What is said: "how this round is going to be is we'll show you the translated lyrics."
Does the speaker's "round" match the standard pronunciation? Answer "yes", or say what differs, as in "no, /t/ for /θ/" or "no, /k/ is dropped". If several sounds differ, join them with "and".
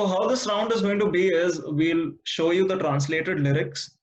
yes